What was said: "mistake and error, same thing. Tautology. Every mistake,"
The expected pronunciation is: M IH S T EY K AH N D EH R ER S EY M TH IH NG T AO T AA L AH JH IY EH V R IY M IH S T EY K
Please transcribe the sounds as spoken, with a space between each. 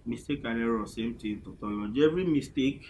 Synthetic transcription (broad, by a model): M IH S T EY K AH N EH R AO S EY M T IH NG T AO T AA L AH JH EH V R IY M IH S T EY K